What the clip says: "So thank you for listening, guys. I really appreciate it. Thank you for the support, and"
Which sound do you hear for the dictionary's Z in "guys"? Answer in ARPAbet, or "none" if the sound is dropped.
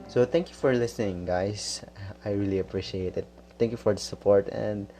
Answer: S